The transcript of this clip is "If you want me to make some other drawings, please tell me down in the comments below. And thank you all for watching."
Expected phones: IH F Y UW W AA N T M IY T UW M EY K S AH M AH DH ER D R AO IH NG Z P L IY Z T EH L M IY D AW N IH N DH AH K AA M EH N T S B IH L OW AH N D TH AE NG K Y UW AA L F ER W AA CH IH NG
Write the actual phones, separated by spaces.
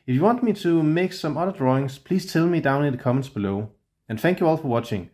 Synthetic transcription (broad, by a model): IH F Y UW W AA N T M IY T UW M EY K S AH M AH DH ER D R AO IH NG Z P L IY Z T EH L M IY D AW N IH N DH AH K AA M EH N T S B IH L OW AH N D TH AE NG K Y UW AA L F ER W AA CH IH NG